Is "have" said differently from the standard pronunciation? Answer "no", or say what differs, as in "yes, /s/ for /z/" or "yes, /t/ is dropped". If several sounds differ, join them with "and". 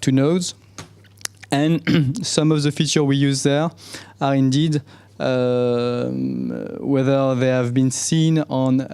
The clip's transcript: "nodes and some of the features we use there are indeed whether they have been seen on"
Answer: no